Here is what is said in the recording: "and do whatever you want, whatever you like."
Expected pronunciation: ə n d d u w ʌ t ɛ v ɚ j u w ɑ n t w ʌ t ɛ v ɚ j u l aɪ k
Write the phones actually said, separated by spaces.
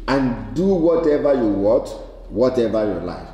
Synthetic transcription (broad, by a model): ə n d d u w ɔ t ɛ v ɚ j u w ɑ t w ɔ t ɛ v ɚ j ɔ l aɪ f